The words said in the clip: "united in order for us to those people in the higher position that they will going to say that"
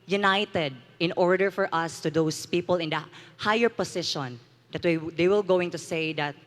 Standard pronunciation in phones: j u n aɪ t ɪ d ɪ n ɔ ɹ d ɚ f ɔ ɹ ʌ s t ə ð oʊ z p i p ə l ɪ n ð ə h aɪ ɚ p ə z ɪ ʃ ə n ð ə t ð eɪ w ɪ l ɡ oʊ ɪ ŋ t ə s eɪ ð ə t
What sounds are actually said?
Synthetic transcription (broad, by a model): j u n aɪ t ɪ d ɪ n ɔ ɹ d ɚ f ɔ ɹ ʌ s t ə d oʊ s p i p ə l ɪ n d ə h aɪ ɚ p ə s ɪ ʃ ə n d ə t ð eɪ w ɪ l ɡ oʊ ɪ ŋ t ə s eɪ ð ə t